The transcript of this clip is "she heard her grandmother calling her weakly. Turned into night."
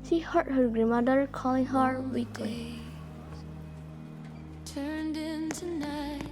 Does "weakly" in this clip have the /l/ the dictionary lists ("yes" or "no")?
no